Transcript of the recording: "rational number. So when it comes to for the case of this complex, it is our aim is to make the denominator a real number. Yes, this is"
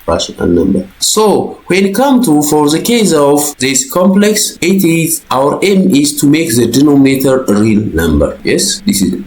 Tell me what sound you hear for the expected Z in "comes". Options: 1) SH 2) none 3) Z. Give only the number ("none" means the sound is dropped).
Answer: 2